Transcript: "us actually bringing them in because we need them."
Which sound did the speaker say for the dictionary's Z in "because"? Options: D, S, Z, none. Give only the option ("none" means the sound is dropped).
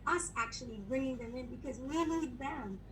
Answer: Z